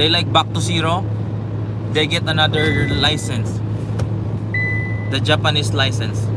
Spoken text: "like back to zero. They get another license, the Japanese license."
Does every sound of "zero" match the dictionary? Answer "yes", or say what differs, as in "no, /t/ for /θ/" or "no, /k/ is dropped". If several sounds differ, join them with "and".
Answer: no, /s/ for /z/